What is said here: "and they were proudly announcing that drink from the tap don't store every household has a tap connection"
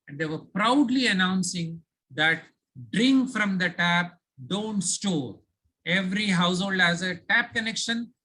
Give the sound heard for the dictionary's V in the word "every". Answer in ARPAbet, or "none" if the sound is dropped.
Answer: V